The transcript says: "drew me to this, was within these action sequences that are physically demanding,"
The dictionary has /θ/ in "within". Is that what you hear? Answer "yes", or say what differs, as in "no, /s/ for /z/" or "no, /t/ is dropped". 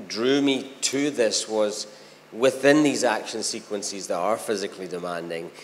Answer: yes